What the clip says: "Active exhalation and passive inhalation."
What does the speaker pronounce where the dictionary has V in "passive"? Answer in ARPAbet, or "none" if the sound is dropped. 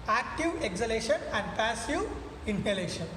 none